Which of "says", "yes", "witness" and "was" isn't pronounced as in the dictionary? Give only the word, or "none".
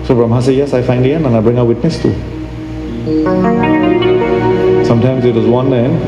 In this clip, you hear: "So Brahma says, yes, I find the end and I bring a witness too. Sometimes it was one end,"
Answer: says